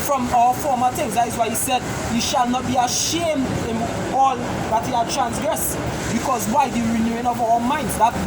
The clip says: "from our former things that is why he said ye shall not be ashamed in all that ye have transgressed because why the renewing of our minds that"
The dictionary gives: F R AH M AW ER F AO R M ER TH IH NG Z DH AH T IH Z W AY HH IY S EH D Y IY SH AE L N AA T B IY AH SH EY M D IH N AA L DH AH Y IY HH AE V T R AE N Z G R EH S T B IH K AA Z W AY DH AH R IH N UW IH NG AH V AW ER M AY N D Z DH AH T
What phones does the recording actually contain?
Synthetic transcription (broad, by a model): F R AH M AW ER F AO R M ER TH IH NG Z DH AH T IH Z W AY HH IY S EH D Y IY SH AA L N AA T B IY AH SH EY M D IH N AA L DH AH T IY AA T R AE N S G R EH S B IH K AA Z W AY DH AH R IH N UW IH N AH V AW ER M AY N D Z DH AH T